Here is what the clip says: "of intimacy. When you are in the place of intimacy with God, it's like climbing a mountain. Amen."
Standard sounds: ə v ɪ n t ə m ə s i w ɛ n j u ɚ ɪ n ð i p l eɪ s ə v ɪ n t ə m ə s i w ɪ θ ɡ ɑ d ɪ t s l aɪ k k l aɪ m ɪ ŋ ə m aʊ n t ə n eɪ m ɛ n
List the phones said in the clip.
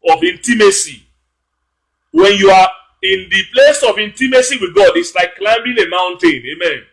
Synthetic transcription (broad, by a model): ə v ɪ n t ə m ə s i w ɛ n j u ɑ ɪ n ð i p l eɪ s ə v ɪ n t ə m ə s i w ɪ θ ɡ ɑ d ɪ t s l aɪ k k l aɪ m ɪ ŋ ə m aʊ n t ə n eɪ m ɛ n